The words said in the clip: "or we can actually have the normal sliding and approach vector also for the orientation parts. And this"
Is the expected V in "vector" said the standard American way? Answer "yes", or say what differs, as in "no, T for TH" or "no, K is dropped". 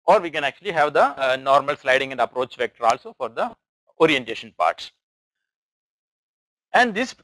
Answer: yes